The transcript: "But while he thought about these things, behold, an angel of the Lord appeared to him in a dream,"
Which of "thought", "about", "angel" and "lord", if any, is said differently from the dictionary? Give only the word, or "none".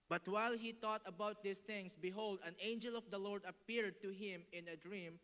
thought